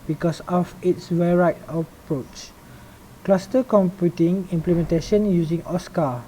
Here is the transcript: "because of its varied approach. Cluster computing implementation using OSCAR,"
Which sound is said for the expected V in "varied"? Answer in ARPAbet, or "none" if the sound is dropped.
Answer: W